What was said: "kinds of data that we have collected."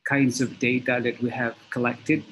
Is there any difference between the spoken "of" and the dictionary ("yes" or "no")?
no